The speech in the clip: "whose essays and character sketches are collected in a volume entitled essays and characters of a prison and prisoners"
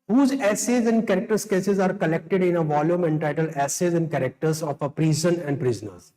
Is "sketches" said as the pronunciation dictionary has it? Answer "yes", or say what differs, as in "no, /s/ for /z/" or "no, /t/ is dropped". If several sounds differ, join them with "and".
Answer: no, /s/ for /tʃ/